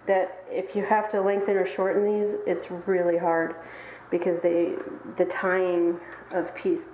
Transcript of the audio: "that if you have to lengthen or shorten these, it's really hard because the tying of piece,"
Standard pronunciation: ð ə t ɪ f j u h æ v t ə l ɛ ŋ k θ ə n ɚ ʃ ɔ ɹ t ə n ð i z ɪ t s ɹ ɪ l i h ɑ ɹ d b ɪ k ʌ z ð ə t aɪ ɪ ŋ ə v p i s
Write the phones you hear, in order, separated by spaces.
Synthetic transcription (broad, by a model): ð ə t ɪ f j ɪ h æ f t ə l ɛ ŋ k θ ə n ɚ ʃ ɔ ɹ t n ð i z ɪ t s ɹ ɪ l i h ɑ ɹ d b ɪ k ʌ z ð ə t aɪ ɪ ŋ ə v p i s